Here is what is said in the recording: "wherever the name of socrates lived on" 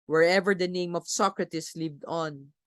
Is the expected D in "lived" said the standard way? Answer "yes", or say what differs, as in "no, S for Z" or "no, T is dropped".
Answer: yes